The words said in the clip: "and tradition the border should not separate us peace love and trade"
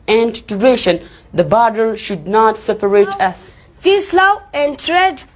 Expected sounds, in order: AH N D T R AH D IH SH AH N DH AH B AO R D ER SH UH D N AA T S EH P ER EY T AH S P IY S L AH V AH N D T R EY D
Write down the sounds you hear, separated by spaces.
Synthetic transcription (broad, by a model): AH N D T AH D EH SH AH N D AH B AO R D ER SH UH D N AA T S EH P ER EY T AH S F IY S L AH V AH N D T R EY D